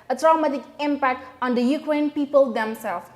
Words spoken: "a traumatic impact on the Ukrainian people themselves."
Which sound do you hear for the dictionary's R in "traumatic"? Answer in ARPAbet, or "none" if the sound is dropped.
R